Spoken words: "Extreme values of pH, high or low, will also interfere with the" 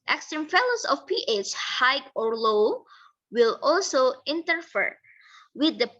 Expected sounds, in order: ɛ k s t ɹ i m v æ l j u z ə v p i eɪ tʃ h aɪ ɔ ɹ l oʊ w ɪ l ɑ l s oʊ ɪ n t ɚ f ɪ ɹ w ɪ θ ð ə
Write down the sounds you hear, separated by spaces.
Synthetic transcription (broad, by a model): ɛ k s t ɹ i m f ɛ l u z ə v p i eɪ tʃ h aɪ ɔ ɹ l oʊ w ɪ l ɑ l s oʊ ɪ n t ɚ f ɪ ɹ w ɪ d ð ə